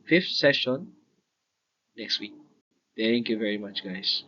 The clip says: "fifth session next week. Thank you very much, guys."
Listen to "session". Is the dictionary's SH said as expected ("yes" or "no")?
yes